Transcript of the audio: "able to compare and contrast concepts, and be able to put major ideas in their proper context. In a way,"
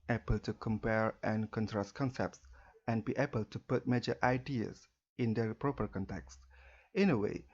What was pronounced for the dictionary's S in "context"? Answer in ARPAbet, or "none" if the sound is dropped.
S